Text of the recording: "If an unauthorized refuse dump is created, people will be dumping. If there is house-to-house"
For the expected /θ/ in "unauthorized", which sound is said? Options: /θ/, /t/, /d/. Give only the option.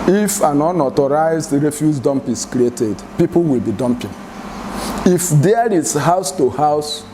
/t/